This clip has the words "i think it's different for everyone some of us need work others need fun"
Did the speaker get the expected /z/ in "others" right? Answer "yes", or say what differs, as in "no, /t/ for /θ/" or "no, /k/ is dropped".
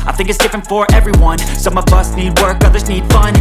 yes